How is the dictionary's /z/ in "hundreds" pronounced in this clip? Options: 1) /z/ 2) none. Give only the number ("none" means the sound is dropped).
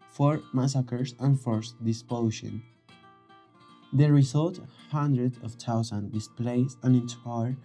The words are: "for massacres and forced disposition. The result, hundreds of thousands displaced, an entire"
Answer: 2